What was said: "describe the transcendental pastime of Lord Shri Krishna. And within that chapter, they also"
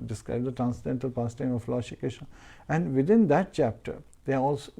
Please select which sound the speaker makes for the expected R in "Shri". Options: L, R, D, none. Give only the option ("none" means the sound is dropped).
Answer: none